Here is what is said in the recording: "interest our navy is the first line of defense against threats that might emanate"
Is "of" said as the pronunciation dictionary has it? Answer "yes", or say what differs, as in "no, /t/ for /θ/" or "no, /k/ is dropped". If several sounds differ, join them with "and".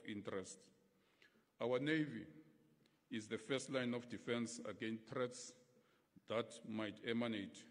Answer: no, /f/ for /v/